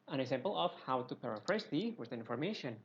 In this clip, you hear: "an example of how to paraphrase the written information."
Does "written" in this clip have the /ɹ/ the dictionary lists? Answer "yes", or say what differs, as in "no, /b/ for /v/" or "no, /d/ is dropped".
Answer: no, /w/ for /ɹ/